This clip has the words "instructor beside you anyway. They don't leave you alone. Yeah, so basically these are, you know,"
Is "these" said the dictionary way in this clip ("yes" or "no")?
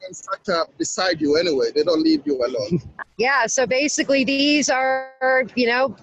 yes